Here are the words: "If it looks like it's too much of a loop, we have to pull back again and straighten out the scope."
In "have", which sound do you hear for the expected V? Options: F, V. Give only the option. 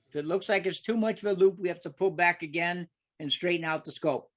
F